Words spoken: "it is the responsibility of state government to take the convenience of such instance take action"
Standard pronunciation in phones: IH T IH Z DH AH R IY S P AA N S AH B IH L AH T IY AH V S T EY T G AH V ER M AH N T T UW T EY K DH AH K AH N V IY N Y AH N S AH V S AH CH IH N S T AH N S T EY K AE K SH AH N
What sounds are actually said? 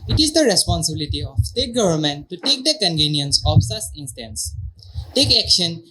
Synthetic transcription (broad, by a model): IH T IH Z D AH R IY S P AA N S AH B IH L AH T IY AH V S T EY T G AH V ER M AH N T T UW T EY K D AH K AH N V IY N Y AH N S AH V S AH S IH N S T AH N S T EY K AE K SH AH N